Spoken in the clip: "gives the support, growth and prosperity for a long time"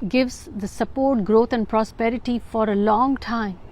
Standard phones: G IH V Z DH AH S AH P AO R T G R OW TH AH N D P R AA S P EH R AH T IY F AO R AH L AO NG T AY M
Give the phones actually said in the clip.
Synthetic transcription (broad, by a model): G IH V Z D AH S AH P AO R T G R OW T AH N D P R AA S P EH R AH T IY F AO R AH L AO NG T AY M